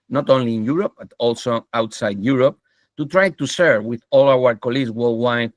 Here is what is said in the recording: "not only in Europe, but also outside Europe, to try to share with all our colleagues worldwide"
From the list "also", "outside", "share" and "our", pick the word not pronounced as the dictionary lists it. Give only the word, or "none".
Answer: share